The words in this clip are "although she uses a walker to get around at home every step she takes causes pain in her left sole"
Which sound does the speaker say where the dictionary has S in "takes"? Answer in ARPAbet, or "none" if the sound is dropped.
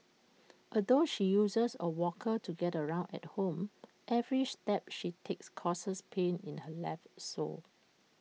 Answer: S